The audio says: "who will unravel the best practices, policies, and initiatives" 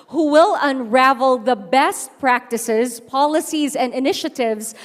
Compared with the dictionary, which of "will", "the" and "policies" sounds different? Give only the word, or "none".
none